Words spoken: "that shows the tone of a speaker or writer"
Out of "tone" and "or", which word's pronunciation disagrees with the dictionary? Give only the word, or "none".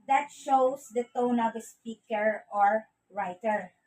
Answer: none